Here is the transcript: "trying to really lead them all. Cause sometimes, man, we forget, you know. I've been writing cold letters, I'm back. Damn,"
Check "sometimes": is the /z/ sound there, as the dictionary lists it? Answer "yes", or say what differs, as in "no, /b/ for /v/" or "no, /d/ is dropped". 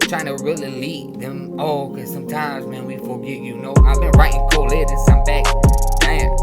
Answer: yes